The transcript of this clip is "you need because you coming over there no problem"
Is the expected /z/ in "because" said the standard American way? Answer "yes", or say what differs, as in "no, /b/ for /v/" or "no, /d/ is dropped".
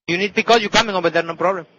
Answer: no, /z/ is dropped